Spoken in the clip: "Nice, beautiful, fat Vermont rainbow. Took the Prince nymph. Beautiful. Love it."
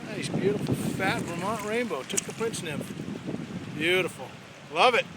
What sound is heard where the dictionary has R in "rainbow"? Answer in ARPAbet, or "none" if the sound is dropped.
R